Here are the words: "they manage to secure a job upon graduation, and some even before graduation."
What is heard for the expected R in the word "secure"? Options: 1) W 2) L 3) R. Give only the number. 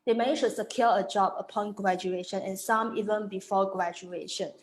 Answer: 2